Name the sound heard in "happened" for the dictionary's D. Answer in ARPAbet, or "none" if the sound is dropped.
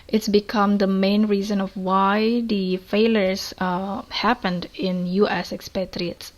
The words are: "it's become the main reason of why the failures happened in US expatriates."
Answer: D